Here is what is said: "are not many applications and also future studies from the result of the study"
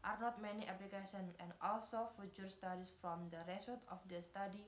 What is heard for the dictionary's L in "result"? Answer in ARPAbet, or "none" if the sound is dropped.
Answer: none